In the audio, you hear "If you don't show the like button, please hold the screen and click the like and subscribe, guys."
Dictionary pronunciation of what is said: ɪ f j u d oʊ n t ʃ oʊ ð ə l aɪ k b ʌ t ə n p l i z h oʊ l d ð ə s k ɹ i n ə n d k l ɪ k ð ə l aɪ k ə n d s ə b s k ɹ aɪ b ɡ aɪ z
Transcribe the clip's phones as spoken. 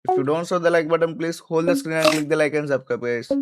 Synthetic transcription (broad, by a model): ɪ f j u d oʊ n t s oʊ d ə l aɪ k b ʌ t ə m p l i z h oʊ l d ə s k ɹ i n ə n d k l ɪ k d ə l aɪ k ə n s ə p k aɪ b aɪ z